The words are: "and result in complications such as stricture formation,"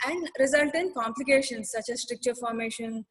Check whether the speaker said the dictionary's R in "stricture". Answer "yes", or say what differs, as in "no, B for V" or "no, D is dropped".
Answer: yes